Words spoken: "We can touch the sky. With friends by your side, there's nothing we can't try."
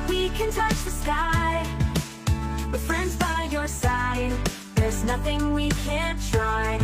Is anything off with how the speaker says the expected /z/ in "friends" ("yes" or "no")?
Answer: no